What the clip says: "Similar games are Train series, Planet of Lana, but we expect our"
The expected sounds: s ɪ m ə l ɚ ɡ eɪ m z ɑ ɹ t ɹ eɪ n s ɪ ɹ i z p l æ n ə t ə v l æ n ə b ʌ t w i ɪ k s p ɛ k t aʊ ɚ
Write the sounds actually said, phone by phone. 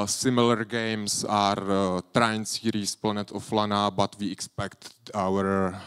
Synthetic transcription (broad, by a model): s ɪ m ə l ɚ ɡ eɪ m s ɑ ɹ t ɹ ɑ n s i ɹ i s p l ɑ n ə t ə f l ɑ n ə b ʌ t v i ɪ k s p ɛ k t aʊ ɚ